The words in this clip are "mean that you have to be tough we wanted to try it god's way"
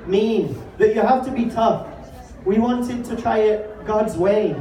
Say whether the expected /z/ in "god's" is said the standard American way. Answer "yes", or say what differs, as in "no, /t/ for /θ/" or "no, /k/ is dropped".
yes